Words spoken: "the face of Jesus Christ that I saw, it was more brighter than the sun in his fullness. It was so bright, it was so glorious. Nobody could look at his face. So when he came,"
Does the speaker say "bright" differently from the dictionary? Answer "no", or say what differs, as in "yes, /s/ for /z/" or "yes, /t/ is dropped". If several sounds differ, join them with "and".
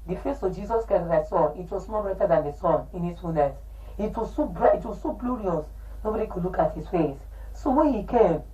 yes, /t/ is dropped